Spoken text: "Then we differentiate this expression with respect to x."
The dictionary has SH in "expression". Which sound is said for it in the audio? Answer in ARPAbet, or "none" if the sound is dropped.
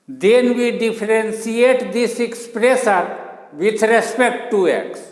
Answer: S